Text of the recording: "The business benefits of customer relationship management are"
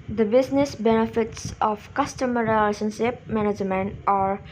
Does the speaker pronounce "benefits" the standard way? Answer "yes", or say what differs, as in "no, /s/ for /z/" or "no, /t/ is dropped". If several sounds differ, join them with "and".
yes